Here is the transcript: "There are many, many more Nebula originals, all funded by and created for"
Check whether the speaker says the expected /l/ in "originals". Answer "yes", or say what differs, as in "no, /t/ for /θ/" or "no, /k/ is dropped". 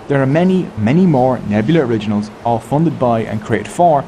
yes